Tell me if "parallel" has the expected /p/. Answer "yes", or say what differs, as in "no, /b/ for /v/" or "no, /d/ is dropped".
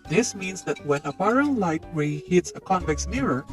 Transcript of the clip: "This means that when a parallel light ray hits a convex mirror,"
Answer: no, /b/ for /p/